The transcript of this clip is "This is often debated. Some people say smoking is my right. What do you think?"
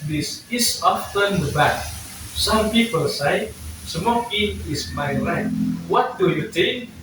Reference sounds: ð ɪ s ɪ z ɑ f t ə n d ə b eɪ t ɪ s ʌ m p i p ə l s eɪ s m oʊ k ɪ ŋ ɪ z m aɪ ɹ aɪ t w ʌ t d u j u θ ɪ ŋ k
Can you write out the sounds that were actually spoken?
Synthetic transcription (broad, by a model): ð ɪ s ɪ s ɑ f t ə n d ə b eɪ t s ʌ m p i p ə l s eɪ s m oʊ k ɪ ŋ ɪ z m aɪ l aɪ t w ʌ t d u j u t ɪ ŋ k